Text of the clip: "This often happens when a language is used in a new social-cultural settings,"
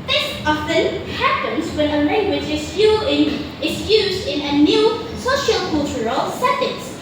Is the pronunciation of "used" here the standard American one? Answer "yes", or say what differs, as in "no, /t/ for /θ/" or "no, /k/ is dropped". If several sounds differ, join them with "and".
yes